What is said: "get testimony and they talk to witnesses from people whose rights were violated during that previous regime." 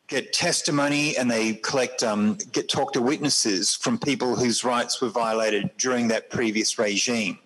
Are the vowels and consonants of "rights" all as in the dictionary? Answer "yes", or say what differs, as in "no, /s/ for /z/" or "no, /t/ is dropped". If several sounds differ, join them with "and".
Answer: yes